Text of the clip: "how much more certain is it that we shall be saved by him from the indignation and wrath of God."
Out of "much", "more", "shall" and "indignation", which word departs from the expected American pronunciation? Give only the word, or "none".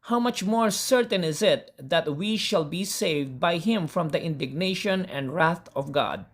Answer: none